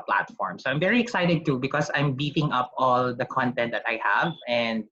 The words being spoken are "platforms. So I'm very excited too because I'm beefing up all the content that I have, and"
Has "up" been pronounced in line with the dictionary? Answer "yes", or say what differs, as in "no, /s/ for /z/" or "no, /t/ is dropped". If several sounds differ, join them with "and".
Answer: yes